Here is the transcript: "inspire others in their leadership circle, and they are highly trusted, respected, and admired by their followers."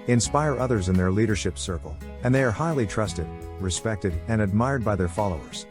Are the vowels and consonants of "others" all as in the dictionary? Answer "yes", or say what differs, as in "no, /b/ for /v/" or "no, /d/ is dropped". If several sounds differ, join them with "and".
yes